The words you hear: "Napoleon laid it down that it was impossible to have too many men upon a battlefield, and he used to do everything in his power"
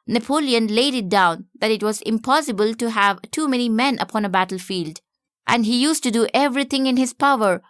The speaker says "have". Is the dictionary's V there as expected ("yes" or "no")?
yes